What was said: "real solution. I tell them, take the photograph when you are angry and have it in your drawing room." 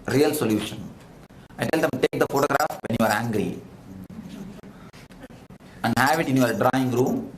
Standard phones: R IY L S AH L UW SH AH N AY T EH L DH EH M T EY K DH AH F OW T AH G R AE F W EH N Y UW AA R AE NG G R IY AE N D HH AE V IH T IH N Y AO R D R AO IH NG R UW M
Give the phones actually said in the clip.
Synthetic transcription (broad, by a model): R IY L S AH L UW SH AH N AY T EH L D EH M T EY K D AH F OW T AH G R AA F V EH N Y UW AA R AE NG G R IY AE N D HH AE V IH T IH N Y AO R D R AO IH NG R UW M